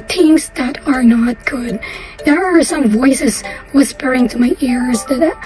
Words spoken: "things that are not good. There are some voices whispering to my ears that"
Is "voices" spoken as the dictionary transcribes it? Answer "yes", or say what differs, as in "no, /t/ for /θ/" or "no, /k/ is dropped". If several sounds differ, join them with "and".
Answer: yes